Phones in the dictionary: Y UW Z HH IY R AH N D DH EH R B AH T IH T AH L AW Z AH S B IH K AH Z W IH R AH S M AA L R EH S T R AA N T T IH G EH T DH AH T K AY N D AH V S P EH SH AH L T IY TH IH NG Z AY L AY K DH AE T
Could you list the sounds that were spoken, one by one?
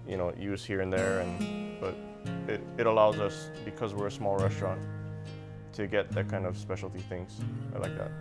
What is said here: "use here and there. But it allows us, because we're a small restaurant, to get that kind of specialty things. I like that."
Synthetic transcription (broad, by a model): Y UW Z HH IY R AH N DH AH R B AH T IH T AH L AW Z AH S B IH K AH Z W IH R AH S M AA L R EH S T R AA N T T IH G EH T DH AH T K AY N D AH V S P EH SH L T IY TH IH NG Z AY L AY K DH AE T